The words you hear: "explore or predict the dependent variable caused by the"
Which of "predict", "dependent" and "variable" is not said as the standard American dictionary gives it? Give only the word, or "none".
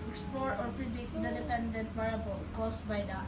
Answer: variable